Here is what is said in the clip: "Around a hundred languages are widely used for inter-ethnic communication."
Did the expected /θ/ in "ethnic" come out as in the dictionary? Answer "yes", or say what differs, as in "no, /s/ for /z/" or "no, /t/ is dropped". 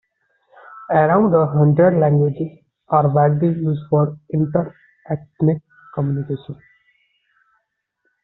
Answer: no, /t/ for /θ/